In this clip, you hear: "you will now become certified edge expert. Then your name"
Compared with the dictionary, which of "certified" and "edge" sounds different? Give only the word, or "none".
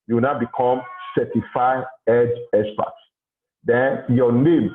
certified